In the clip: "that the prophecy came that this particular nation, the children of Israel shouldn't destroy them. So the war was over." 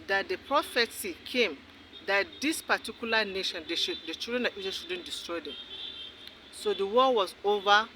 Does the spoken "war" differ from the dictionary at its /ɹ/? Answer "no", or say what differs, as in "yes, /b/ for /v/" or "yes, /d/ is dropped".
yes, /l/ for /ɹ/